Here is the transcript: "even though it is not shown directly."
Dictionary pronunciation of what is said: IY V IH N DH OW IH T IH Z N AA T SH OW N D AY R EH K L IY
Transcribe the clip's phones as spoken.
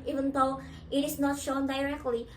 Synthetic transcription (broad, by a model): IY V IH N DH OW IH T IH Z N AA T SH OW N D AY R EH K L IY